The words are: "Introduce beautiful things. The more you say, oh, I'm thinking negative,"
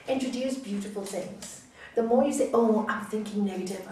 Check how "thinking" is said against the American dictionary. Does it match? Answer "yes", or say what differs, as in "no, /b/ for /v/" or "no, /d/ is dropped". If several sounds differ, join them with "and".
yes